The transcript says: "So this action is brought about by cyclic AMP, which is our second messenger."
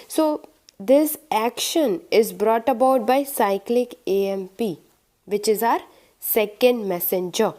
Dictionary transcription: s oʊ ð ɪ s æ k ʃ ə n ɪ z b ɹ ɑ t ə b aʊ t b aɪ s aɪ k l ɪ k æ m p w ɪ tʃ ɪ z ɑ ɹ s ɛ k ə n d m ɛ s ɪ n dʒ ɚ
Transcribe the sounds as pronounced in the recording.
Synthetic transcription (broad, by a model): s oʊ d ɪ s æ k ʃ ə n ɪ z b ɹ ɑ t ə b aʊ t b aɪ s aɪ k l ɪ k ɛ m p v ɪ tʃ ɪ z ɑ ɹ s ɛ k ə n d m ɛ s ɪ n dʒ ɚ